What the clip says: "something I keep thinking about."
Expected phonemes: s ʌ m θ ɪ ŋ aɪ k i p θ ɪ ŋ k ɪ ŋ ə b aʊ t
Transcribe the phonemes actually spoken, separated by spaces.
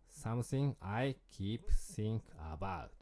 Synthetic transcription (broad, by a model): s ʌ m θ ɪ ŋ aɪ k i p s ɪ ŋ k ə b aʊ t